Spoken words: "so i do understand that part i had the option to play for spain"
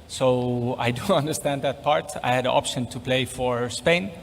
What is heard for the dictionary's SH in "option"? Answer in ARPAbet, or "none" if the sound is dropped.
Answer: SH